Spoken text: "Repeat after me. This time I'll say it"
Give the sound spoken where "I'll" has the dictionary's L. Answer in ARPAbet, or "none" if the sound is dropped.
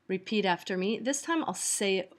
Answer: L